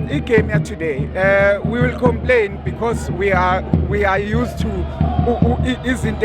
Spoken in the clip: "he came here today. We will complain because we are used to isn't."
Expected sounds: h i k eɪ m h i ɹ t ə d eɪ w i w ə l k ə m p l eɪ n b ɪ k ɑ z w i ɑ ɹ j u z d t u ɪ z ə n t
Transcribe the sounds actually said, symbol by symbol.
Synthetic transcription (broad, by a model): i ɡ eɪ m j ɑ t ə d eɪ w i w ə l k ə m p l eɪ n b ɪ k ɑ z w i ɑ w j u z t u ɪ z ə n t